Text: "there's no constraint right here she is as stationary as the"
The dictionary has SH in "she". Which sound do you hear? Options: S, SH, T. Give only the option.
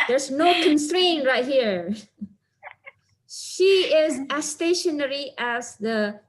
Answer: SH